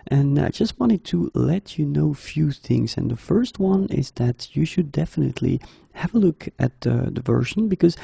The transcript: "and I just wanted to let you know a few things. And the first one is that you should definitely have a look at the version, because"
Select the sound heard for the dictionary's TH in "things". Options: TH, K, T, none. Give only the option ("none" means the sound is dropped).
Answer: TH